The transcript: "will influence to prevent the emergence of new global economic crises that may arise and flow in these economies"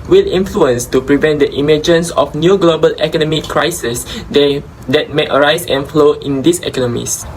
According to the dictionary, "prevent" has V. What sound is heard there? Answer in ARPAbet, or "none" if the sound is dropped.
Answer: V